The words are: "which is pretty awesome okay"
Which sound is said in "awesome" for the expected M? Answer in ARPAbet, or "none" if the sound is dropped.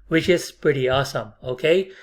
M